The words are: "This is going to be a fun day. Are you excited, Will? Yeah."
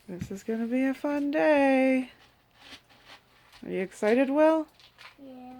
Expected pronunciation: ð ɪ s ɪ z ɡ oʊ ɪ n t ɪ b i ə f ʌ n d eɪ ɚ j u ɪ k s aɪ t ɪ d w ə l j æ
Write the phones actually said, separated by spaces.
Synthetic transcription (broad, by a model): ð ɪ s ɪ z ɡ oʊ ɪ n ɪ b i ə f ʌ n d eɪ ɚ j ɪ ɪ k s aɪ t ɪ d w ə l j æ